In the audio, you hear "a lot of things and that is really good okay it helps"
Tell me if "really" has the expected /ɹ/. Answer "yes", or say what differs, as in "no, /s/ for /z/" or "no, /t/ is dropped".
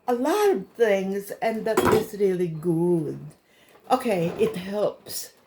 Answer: yes